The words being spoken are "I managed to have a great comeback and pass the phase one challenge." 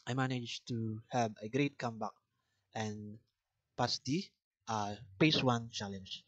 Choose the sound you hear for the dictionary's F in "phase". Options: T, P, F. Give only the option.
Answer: P